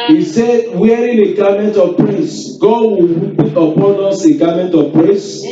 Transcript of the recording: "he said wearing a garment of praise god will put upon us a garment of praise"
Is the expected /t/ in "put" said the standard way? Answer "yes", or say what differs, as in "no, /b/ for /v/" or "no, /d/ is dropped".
no, /t/ is dropped